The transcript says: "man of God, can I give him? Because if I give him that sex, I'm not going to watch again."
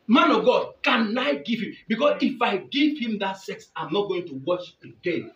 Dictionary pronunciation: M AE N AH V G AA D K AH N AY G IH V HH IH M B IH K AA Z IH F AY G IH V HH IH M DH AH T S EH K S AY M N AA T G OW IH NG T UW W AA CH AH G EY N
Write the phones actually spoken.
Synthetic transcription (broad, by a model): M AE N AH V G AA D K AH N AY G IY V HH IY M B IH K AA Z IH F AY G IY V HH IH M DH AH T S EH K S AY M N AA T G OW IH NG T UW W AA SH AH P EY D